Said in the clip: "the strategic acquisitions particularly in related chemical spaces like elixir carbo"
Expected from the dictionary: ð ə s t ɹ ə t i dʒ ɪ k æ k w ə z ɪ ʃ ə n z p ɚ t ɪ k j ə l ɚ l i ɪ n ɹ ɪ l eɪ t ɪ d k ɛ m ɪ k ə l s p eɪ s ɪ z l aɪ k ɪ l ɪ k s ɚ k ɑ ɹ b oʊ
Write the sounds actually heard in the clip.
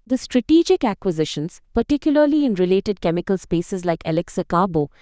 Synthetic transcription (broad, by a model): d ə s t ɹ ə t i dʒ ɪ k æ k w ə z ɪ ʃ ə n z p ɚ t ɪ k j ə l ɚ l i ɪ n ɹ ɪ l eɪ t ɪ d k ɛ m ɪ k ə l s p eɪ s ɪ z l aɪ k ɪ l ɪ k s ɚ k ɑ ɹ b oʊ